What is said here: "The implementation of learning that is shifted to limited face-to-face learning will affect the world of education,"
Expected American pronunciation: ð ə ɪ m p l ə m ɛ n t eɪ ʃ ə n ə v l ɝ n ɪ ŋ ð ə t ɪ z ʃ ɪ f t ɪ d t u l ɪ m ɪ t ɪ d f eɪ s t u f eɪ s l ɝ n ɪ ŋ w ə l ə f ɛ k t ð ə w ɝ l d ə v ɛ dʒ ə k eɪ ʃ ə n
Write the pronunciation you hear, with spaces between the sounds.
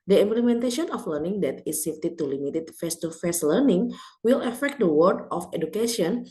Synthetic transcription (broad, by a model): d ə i m p l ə m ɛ n t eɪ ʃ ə n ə f l ɝ n ɪ ŋ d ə t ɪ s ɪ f t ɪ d t u l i m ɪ t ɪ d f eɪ s t u f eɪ s l ɝ n ɪ ŋ w ə l ə f ɛ k t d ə w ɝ d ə f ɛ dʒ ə k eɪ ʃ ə n